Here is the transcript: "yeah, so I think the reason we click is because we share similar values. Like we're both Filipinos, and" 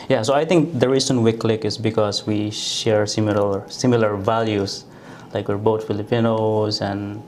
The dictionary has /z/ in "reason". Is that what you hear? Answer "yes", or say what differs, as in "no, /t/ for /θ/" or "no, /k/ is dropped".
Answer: no, /s/ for /z/